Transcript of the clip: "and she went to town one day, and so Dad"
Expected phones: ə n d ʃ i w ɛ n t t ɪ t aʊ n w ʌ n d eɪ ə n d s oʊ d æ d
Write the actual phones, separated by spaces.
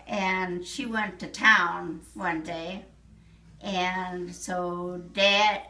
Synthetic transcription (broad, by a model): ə n ʃ i w ɛ n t t ɪ t aʊ n w ʌ n d eɪ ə n s oʊ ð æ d